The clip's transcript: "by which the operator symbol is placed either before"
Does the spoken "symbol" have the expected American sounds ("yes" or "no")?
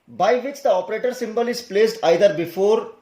yes